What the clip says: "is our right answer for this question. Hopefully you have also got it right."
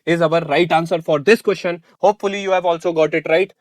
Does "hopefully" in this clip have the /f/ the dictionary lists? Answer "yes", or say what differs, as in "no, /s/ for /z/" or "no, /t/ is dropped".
yes